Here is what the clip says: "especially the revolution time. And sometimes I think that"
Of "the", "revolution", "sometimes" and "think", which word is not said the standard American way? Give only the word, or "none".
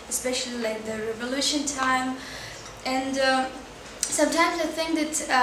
none